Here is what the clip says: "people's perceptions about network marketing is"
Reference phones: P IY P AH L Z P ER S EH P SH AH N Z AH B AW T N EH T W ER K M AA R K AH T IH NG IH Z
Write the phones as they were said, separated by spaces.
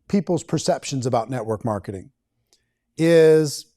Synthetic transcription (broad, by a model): P IY P L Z P ER S EH P SH AH N Z AH B AW T N EH T W ER K M AA R K AH T IH NG IH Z